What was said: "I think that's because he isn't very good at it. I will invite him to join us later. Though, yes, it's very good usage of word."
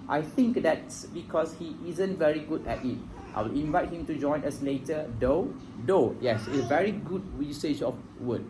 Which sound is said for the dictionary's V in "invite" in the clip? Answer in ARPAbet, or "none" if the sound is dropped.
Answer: V